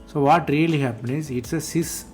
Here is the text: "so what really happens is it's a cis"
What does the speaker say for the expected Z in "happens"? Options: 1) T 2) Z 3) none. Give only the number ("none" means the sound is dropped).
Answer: 3